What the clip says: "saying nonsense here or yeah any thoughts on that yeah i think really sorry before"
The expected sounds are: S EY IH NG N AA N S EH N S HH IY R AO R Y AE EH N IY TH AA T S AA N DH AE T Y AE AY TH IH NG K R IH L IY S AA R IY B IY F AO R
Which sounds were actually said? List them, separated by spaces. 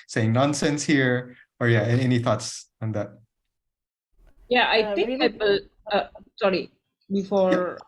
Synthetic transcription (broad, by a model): S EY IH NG N AA N S EH N S HH IY R AO R Y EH EH N IY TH AA T S AA N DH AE T Y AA AY T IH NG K W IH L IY S AA R IY B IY F AO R